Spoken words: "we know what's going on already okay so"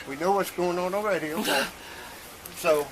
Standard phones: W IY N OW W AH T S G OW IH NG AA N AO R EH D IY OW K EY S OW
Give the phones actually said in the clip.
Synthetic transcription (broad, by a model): W IY N OW W AH T S G OW IH NG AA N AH R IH D IY OW UH S OW